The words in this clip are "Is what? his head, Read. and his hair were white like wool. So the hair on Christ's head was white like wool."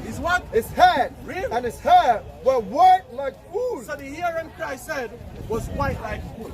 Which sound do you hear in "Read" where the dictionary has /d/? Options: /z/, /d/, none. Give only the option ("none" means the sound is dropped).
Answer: none